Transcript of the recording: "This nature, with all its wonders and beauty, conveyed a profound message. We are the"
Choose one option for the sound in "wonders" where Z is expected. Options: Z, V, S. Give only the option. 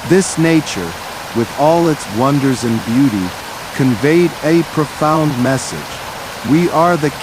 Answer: Z